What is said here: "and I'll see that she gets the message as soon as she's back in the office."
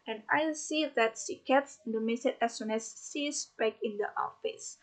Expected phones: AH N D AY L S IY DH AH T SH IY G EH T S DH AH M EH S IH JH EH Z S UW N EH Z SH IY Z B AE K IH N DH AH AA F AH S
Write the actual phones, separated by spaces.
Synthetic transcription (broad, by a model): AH N AY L S IY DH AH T S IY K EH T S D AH M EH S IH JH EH S UW N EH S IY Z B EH K IH N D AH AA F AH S